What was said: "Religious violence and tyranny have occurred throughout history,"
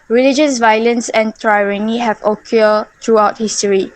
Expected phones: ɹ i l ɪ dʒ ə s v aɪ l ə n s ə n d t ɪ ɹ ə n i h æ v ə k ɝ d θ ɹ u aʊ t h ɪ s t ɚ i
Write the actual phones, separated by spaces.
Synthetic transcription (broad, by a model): ɹ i l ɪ dʒ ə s v aɪ l ə n s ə n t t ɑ ɹ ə n i h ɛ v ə k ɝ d t ɹ u aʊ t h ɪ s t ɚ i